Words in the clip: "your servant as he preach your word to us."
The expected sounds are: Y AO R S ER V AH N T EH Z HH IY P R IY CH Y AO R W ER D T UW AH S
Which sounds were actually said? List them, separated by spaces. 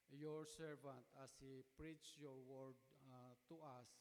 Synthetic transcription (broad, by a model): Y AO R S ER V AH N T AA S HH IY P R IY CH Y AO R W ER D T UW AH S